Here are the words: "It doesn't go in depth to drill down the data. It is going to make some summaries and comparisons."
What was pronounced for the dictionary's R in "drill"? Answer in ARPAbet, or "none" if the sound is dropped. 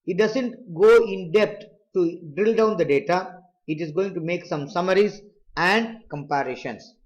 R